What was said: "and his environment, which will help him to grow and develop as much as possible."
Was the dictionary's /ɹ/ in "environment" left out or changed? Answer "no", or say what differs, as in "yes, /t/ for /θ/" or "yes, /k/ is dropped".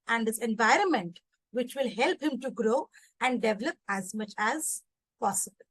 no